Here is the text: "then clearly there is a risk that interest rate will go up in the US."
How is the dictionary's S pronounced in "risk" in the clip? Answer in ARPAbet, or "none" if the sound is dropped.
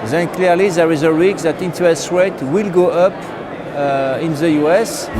none